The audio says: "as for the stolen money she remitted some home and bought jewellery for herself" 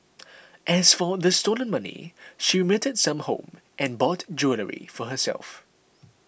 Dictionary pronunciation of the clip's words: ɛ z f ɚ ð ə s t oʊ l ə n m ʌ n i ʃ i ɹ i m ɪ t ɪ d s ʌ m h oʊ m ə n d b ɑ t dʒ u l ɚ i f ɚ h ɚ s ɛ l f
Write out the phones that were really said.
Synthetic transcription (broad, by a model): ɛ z f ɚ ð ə s t oʊ l ə n m ʌ n i ʃ i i m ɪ t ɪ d s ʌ m h oʊ m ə n b ɑ t dʒ u l ɚ i f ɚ h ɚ s ɛ l f